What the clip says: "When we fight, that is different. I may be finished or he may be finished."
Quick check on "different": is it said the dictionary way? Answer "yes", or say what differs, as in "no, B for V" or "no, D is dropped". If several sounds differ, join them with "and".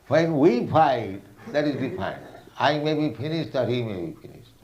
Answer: no, T is dropped